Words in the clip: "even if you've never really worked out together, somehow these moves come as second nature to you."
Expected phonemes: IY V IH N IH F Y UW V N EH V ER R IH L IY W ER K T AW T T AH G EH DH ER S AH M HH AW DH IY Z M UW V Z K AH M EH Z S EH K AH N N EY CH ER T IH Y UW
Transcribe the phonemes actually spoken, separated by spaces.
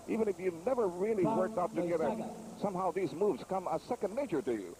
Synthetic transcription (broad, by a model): IY V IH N IH F Y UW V N EH V ER R IH L IY W ER K T AW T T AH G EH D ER S AH M HH AW DH IY Z M UW V Z K AH M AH S EH K AH N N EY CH ER T IH Y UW